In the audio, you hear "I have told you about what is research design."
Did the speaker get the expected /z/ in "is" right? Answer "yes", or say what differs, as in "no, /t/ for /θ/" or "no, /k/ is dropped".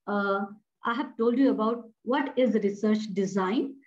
yes